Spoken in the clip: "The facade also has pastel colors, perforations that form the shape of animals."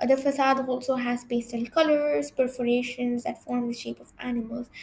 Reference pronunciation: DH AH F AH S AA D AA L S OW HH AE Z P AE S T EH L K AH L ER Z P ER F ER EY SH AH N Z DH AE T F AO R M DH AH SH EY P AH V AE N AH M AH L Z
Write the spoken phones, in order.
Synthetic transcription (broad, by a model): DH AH F AH S AA D AA L S OW HH AE Z B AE S T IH N K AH L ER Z P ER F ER EY SH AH N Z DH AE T F AO R M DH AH SH EY P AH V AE N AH M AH L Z